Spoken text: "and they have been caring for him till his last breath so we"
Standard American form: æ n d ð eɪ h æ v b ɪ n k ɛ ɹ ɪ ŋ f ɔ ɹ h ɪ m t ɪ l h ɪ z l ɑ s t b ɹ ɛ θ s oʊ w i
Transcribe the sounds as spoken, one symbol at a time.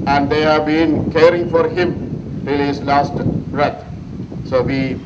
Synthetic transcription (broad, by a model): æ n d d eɪ h æ v b ɪ n k ɛ ɹ ɪ ŋ f ɔ ɹ h ɪ m t ɪ l h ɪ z l ɑ s t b ɹ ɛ t s oʊ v i